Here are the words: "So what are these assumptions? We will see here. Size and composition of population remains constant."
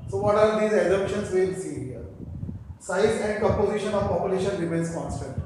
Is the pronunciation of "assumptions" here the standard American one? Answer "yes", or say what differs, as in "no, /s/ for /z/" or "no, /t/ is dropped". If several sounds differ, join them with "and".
no, /m/ is dropped